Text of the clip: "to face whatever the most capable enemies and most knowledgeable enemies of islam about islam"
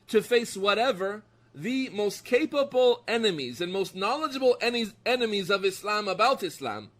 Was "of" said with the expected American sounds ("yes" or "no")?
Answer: yes